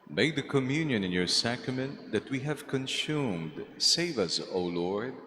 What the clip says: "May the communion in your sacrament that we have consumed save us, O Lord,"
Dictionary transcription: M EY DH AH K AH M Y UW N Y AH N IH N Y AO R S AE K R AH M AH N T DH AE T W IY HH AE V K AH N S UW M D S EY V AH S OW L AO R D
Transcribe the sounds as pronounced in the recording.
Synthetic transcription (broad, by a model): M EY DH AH K AH M Y UW N Y AH N IH N Y AO R S AE K R AH M AH N T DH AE T W IY HH AE V K AH N S UW M D S EY V AH S OW L AO R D